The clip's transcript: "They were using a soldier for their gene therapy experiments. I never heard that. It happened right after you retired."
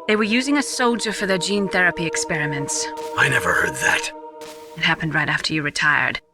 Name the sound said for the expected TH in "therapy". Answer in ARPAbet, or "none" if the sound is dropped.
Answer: TH